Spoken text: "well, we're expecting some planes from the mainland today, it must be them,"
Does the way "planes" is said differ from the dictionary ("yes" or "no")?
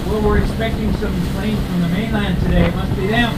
yes